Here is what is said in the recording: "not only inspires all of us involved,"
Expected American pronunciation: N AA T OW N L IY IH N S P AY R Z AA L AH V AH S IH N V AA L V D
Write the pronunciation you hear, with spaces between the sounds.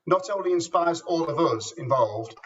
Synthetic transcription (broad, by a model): N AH T OW N L IY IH N S P AY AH Z AA L AH V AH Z IH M V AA L V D